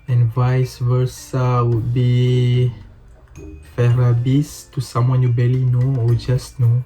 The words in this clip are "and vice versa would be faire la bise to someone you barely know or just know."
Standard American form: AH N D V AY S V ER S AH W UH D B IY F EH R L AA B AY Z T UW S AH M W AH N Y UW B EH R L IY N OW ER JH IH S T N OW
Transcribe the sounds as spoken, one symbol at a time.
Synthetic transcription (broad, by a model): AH N V AY S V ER S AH W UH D B IY F EH R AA B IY S T UW S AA M W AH N Y UW B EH L IY N OW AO JH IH S N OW